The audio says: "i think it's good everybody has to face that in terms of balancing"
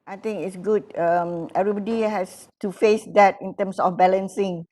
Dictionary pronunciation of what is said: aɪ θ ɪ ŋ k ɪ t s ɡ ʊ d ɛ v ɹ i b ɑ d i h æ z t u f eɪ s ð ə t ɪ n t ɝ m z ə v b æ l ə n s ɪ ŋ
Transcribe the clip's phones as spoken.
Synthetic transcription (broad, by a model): aɪ t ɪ ŋ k ɪ t s ɡ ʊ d ɛ v ɹ i b ɑ d i h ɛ s t u f eɪ s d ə t ɪ n t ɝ m s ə f b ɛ l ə n s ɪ ŋ